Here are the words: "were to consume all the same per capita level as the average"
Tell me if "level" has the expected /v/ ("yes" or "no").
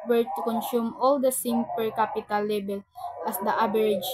no